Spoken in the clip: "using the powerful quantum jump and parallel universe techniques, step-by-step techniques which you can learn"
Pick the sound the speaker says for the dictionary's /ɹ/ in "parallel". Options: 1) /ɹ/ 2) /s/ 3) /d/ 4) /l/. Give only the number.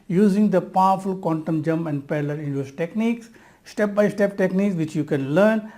4